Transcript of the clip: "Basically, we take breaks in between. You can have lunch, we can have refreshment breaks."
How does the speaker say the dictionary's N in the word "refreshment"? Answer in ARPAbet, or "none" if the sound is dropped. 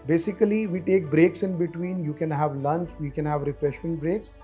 N